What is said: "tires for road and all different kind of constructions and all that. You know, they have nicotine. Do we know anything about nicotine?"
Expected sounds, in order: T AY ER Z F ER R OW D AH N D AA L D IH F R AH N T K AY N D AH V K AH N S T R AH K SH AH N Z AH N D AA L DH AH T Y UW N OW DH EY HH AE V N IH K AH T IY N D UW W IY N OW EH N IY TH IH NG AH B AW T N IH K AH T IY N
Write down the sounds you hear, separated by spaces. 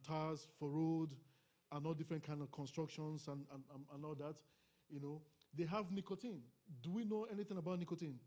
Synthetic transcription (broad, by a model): T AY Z F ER R OW D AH N AA L D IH F R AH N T K AY N D AH V K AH N S T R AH K SH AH N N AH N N AA L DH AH T Y UW N OW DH EY HH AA V N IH K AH T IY N D UW W IY N OW EH N IY TH IH NG AH B AW T N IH K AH T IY N